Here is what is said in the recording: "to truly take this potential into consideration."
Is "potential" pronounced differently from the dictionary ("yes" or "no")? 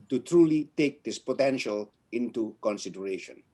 no